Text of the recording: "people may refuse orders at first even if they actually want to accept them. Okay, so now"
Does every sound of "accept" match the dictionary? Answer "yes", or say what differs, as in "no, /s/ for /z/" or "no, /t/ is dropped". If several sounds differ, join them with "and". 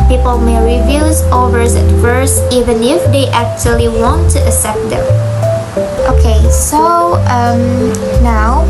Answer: no, /k/ is dropped